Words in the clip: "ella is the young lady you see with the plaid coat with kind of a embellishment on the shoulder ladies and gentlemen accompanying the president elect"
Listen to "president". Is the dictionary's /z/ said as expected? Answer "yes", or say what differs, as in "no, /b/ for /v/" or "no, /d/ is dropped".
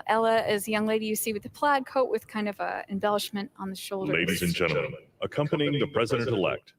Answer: yes